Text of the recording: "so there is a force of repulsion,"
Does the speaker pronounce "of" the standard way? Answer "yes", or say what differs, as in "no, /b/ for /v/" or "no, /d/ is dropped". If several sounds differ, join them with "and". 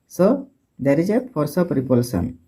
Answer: no, /p/ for /v/